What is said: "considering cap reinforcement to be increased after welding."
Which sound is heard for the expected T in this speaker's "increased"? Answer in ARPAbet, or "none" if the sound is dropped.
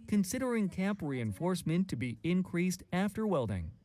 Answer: T